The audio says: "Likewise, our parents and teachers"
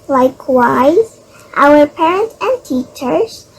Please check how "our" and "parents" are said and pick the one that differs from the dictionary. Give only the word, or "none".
parents